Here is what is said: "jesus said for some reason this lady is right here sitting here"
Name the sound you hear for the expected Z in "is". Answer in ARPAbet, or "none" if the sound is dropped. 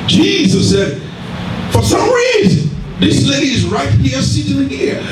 Z